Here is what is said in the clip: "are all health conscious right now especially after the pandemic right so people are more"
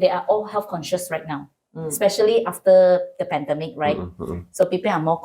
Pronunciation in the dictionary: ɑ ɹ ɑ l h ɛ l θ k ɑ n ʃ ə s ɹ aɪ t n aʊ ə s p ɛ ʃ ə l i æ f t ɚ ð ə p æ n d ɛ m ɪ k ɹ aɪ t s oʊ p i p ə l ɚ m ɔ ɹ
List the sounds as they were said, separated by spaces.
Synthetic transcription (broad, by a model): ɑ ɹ ɑ l h ɛ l f k ɑ n ʃ ə s ɹ aɪ t n aʊ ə s p ɛ ʃ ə l i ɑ f t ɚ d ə p æ n d ɛ m ɪ k ɹ aɪ t s oʊ p i p ə l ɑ m ɔ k